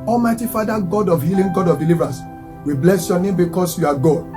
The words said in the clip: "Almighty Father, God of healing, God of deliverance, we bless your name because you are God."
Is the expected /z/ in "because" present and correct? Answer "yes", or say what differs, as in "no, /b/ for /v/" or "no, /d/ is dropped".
no, /s/ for /z/